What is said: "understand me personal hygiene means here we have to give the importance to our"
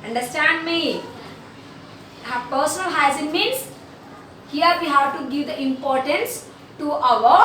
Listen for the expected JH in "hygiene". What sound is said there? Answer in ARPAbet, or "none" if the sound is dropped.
Z